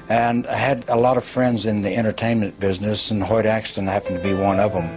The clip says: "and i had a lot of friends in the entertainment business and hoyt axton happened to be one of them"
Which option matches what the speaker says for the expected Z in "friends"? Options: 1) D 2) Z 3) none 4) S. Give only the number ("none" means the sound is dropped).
2